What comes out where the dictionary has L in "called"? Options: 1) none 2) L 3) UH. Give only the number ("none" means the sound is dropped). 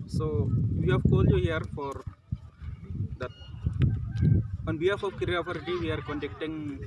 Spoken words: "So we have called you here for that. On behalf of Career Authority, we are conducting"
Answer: 2